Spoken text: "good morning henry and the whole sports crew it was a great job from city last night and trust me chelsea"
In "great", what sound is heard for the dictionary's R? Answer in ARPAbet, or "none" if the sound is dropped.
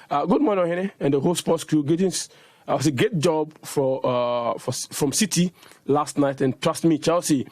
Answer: none